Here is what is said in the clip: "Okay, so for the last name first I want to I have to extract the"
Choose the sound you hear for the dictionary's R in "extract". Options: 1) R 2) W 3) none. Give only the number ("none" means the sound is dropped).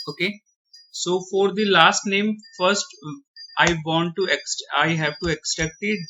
3